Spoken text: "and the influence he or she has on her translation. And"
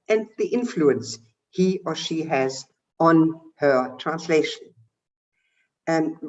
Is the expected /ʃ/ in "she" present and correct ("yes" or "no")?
yes